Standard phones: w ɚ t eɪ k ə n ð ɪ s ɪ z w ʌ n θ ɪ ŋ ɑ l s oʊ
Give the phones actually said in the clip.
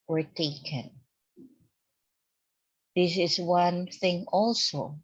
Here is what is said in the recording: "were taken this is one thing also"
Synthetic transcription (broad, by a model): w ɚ t eɪ k ə n ð ɪ s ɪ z w ʌ n θ ɪ ŋ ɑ l s oʊ